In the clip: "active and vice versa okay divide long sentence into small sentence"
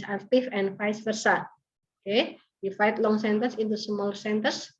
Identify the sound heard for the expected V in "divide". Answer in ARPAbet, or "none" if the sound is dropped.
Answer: F